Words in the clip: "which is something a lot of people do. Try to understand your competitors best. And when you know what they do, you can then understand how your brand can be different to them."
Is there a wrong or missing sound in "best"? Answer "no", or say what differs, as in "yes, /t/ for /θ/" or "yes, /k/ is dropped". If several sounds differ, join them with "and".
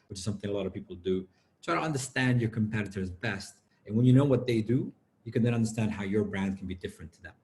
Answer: no